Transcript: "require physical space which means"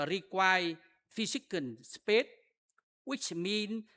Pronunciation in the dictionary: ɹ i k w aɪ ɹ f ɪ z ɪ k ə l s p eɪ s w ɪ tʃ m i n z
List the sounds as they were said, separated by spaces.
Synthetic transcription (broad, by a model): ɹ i k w aɪ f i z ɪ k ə n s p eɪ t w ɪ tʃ m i n